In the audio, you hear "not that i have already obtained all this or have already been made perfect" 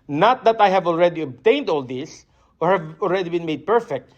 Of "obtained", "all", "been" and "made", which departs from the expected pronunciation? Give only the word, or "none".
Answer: none